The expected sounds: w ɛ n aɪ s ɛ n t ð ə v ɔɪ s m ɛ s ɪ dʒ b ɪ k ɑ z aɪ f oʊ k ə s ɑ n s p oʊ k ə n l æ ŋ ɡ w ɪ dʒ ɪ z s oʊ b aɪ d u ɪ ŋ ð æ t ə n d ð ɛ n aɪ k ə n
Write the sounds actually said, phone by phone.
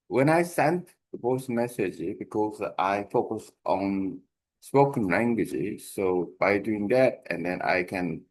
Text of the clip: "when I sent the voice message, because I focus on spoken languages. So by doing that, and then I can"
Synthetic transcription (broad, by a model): w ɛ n aɪ s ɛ n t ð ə p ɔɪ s m ɛ s ɪ dʒ b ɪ k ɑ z aɪ f oʊ k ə s ɑ n s p oʊ k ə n l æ ŋ ɡ w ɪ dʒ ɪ s oʊ b aɪ d u ɪ ŋ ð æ t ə n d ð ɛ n aɪ k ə n